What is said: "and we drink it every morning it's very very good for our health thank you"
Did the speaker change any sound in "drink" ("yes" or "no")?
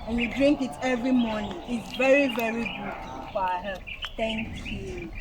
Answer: no